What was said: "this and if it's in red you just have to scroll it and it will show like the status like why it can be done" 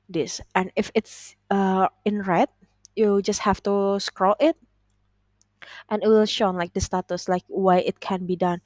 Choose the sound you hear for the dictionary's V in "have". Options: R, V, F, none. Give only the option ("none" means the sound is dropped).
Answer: F